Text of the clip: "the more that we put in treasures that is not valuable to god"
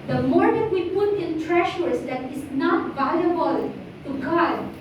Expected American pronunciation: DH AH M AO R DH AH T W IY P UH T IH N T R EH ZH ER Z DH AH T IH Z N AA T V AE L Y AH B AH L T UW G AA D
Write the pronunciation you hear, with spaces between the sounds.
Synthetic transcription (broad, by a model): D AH M AO R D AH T W IY P UH T IH N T R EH SH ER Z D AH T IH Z N AA T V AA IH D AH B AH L T UW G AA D